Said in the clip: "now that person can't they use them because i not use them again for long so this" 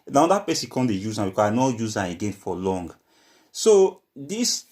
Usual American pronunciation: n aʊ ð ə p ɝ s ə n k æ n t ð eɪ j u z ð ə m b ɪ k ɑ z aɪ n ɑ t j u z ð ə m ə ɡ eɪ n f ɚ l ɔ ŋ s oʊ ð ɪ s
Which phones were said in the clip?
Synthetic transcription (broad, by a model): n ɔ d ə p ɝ s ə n k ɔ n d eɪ j u z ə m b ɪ k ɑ aɪ n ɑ j u z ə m ə ɡ eɪ n f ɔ l ɔ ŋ s oʊ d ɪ s